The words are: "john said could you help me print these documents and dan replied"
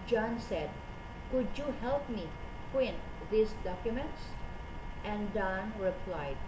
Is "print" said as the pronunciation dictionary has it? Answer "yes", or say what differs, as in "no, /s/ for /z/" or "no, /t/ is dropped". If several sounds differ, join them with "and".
no, /w/ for /ɹ/